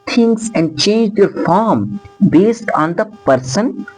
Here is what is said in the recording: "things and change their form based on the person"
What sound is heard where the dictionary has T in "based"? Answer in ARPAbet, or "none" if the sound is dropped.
T